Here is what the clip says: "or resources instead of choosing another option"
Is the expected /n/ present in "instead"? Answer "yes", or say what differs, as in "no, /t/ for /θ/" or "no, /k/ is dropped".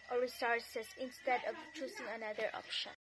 yes